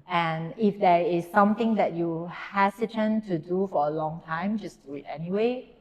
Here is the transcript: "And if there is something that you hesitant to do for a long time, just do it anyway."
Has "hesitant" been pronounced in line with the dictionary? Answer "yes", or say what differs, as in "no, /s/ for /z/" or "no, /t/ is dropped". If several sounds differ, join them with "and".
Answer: no, /s/ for /z/